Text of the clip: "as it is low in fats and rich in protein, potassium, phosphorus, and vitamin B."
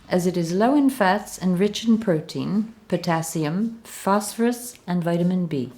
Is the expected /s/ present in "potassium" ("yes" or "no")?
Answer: yes